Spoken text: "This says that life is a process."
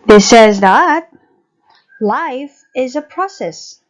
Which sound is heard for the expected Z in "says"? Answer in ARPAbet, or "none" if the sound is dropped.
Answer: Z